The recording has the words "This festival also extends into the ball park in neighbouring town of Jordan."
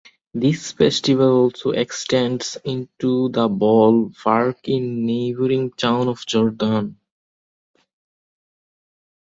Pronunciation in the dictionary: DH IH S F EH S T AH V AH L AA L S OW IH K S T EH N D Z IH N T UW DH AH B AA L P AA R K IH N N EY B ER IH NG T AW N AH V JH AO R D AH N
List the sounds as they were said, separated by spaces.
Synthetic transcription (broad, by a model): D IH S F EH S T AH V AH L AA L S OW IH K S T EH N D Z IH N T UW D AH B AA L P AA R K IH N N EY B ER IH NG T AW N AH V JH AO R D AH N